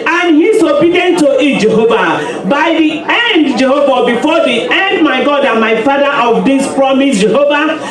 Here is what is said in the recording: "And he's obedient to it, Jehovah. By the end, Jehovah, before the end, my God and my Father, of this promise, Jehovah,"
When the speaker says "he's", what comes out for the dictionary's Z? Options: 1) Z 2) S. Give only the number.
2